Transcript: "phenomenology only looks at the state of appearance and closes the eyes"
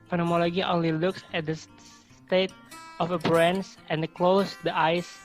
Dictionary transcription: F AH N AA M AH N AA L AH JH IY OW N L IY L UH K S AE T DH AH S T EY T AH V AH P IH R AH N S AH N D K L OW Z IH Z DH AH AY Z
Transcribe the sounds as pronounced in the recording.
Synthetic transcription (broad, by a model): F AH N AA M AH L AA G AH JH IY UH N L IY L UH K S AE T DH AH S T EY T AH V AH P R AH N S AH N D K L OW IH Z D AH AY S